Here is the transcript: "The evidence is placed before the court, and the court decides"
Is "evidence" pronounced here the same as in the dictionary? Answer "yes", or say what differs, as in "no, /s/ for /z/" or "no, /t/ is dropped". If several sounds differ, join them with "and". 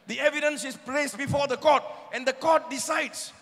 yes